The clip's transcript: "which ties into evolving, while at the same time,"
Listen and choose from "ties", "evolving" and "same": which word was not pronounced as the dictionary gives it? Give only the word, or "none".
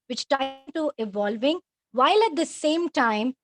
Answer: ties